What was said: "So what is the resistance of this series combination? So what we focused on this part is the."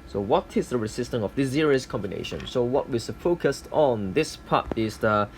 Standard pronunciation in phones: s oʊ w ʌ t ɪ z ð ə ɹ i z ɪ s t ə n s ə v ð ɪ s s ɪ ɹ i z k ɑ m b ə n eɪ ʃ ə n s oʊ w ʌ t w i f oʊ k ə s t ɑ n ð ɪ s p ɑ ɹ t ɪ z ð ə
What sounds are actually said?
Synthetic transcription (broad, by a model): s oʊ w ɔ t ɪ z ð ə ɹ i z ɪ s t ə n ə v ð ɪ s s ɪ ɹ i s k ɑ m b ə n eɪ ʃ ə n s oʊ w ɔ t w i f oʊ k ə s t ɑ n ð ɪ s p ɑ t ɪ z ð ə